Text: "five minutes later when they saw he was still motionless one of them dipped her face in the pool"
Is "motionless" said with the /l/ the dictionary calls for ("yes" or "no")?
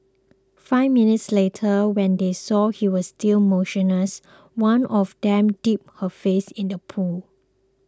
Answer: no